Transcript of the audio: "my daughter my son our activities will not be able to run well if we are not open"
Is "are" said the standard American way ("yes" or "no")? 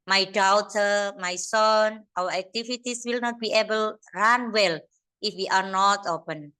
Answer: yes